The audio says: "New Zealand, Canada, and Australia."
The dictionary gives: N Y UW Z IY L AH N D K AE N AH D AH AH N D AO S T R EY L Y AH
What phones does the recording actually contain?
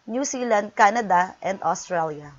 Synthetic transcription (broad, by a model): N Y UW S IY L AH N D K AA N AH D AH AH N D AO S T R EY L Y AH